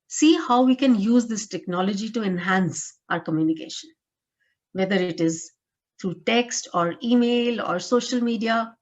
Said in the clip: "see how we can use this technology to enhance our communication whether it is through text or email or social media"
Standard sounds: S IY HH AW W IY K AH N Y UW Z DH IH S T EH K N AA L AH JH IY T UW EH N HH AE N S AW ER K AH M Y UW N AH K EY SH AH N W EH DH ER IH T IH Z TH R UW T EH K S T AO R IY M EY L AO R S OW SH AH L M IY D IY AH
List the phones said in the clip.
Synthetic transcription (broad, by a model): S IY HH AW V IY K AH N Y UW Z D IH S T EH K N AA L AH JH IY T UW EH N HH AE N S AW ER K AH M Y UW N AH K EY SH AH N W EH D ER IH T IH Z T R UW T EH K S T AO R IY M EY L AO R S OW SH AH L M IY D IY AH